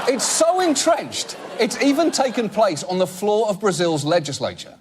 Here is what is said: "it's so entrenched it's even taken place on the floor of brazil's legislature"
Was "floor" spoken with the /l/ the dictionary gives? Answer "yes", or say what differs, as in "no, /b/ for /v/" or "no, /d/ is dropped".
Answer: yes